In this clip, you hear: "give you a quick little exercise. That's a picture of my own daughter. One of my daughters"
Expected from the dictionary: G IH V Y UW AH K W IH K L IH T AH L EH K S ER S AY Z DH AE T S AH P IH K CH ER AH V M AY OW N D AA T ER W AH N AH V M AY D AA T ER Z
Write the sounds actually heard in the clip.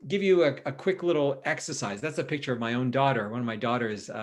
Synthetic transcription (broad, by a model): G IH V Y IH AH K W IH K L IH T L EH K S ER S AY Z DH AE T S AH P IH K CH ER AH V M AY OW N D AA T ER W AH N AH V M AY D AA T ER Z